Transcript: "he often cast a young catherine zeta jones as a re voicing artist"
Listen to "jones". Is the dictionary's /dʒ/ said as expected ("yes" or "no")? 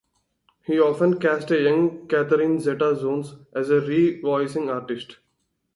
no